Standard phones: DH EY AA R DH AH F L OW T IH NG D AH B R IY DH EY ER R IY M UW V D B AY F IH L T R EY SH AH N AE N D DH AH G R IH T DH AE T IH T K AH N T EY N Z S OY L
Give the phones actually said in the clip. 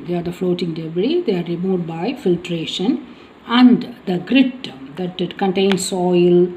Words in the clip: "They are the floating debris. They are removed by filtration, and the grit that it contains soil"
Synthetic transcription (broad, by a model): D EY AA R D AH F L OW T IH NG D AH B R IY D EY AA R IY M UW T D B AY F IH L T R EY SH AH N AE N D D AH G R IH T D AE T IH T K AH N T EY N S OY L